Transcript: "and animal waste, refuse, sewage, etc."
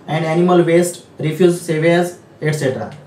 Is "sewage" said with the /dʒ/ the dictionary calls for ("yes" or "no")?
no